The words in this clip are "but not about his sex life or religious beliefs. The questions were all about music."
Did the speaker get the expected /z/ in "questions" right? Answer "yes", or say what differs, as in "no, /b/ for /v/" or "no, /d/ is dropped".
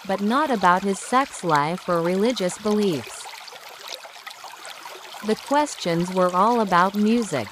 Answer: yes